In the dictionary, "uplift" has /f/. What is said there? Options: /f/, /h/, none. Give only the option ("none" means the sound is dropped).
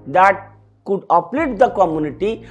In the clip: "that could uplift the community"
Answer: none